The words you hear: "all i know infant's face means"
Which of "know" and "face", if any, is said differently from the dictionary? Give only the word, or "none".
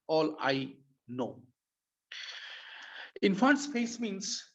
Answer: face